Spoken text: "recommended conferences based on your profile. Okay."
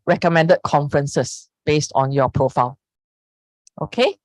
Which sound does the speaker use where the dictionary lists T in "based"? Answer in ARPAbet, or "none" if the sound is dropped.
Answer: T